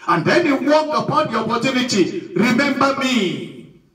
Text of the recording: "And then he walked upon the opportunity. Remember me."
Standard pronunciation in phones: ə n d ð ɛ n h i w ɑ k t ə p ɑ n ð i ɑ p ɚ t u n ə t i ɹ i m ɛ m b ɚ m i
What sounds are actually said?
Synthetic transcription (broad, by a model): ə n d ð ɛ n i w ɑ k ə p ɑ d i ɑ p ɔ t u n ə t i ɹ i m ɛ m b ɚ m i